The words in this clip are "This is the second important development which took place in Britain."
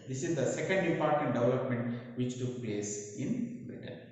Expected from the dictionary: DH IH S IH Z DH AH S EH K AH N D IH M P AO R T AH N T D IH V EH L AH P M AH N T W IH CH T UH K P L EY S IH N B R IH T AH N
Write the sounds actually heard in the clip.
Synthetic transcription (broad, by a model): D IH S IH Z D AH S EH K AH N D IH P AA R T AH N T D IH V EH L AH P M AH N T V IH CH T UH K P L EY S IH N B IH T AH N